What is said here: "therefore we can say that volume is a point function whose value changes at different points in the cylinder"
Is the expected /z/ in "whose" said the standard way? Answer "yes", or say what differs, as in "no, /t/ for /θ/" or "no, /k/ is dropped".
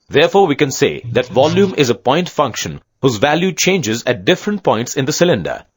yes